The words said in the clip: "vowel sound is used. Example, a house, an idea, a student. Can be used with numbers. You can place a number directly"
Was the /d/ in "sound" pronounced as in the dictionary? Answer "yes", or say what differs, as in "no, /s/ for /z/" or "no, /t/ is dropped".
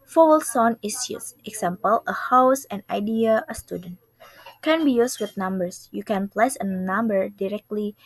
no, /d/ is dropped